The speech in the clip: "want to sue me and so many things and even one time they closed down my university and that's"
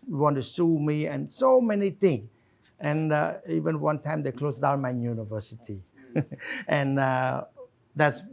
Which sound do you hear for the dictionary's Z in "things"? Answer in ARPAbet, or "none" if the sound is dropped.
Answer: none